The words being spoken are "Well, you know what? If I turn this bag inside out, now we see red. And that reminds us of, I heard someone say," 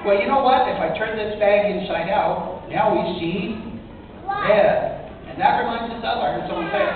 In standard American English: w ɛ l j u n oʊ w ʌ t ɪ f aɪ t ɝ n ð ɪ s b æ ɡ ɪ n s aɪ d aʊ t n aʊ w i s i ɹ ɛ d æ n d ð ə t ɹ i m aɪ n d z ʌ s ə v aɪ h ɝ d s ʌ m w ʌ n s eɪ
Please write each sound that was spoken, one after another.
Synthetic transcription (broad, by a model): w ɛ l j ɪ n oʊ w ʌ t ɪ f aɪ t ɝ n ð ɪ s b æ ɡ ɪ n ʃ aɪ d aʊ t n aʊ w i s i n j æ n ð ə t ɹ i m aɪ n d z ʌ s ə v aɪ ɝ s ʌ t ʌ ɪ